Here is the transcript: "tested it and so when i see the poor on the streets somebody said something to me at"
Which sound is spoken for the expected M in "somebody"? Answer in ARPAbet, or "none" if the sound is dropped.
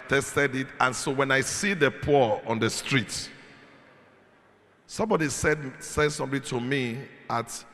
M